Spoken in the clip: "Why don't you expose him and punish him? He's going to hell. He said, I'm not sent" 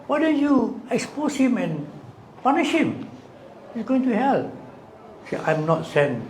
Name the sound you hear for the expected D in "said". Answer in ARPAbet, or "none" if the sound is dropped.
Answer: none